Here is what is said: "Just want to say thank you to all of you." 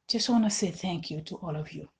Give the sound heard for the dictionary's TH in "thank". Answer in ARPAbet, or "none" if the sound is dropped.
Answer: TH